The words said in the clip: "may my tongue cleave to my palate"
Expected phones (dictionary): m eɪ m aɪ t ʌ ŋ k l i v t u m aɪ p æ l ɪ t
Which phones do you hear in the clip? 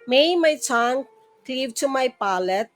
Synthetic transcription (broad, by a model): m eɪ m aɪ s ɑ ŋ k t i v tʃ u m aɪ p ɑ l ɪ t